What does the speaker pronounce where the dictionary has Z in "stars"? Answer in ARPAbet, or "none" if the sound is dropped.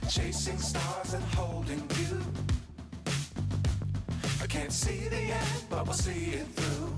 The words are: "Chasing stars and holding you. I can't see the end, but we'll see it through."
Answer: Z